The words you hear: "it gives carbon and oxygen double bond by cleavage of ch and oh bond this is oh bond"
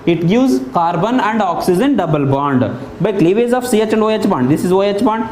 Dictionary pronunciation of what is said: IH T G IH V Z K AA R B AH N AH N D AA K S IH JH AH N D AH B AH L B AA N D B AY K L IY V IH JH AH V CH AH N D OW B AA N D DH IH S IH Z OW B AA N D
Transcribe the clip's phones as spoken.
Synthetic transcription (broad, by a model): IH T G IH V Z K AA R B AH N AH N D AA K S IH JH AH N D AH B AH L B AA N D B AY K L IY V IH Z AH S CH AH N D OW B AA N D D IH S IH Z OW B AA N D